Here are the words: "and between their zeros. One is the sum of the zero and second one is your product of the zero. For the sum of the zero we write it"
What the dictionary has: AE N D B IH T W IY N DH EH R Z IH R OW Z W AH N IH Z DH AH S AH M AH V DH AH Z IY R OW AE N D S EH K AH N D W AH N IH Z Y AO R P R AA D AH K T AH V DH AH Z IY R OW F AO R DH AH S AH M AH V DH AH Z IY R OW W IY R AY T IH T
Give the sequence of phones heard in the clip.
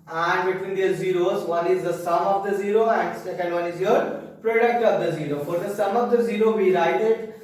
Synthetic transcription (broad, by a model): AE N D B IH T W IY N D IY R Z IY R OW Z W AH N IH Z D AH S AH M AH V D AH Z IY R OW AE N D S EH K AH N D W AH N IH Z Y AO R P R AA D AH K T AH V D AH Z IY R OW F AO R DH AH S AH M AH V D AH Z IY R OW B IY R AY T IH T